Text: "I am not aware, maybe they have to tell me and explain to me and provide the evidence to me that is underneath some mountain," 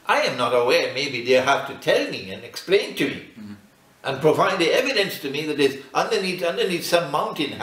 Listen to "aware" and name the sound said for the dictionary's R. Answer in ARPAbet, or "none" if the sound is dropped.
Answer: R